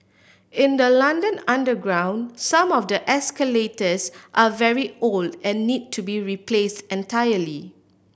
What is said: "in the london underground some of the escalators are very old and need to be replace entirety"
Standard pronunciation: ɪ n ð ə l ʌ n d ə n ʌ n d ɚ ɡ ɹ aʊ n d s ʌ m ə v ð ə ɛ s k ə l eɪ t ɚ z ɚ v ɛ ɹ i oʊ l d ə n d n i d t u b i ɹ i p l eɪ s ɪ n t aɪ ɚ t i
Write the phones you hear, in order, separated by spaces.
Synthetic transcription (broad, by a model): ɪ n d ə l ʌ n d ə n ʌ n d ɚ ɡ ɹ aʊ n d s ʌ m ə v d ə ɛ s k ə l eɪ t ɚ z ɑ v ɛ ɹ i oʊ l d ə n n i d t u b i ɹ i p l eɪ s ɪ n t aɪ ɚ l i